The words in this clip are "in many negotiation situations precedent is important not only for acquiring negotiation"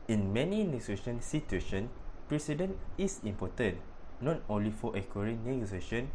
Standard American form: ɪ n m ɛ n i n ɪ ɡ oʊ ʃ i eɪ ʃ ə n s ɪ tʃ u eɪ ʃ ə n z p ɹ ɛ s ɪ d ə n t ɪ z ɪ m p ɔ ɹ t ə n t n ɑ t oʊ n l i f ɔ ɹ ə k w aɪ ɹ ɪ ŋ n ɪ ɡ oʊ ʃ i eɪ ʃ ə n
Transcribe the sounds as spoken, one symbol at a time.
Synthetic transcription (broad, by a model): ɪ n m ɛ n i n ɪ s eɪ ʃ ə n s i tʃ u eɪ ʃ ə n p ɹ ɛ s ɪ d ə n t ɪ s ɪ m p ɔ t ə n n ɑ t oʊ n l i f ɔ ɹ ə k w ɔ ɹ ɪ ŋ n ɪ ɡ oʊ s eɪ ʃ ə n